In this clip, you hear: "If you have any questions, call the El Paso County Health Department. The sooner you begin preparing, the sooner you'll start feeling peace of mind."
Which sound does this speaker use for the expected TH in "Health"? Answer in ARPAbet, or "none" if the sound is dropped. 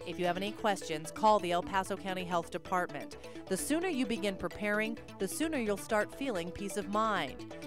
TH